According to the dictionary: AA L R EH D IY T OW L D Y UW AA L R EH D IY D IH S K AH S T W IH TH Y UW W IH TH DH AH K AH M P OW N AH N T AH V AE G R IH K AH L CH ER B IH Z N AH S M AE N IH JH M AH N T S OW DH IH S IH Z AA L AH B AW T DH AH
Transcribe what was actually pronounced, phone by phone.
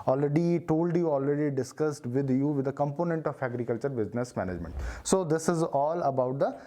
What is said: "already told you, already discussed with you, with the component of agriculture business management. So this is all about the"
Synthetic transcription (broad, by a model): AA L R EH D IY T OW L D Y UW AA L R EH D IY D IH S K AH S T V IH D Y UW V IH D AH K AH M P OW N AH N T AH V AE G R IH K AH L CH ER B IH Z N AH S M AE N IH JH M AH N T S OW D IH S IH Z AA L AH B AW T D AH